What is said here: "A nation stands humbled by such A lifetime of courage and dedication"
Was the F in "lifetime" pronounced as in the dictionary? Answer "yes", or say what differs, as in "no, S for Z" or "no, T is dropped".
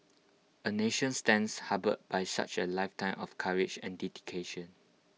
yes